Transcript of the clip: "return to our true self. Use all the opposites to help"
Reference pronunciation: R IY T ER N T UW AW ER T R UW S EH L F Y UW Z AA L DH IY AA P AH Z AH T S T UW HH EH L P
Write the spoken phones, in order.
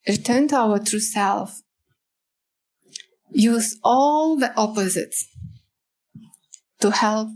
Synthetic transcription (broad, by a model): R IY T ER N T UW AW ER T R UW S EH L F Y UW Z AA L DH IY AA P AH Z AH T S T UW HH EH L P